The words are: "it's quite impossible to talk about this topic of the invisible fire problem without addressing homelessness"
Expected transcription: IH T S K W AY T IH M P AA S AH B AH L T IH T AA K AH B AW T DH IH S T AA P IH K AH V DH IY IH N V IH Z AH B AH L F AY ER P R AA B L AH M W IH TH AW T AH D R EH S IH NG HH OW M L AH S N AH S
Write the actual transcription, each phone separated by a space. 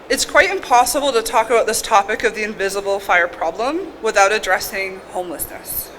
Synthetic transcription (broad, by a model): IH T S K W AY T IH M P AA S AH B L T IH T AA K AH B AW T DH IH S T AA P IH K AH V DH IY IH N V IH Z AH B L F AY ER P R AA B L AH M W IH TH AW T AH D R EH S IH NG HH OW M L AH S N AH S